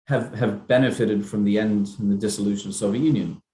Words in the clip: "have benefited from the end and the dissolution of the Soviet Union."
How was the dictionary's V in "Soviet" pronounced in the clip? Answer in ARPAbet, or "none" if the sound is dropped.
V